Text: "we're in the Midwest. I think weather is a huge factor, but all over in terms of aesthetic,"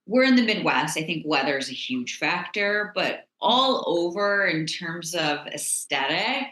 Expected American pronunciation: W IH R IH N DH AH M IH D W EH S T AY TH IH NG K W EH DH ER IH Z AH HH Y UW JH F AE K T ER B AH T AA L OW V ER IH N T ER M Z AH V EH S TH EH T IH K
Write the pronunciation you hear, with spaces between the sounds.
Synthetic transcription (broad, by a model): W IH R IH N DH AH M IH D W EH S T AY TH IH NG K W EH DH ER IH Z AH HH Y UW JH F AE K T ER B AH T AA L OW V ER IH N T ER M Z AH V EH S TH EH T IH K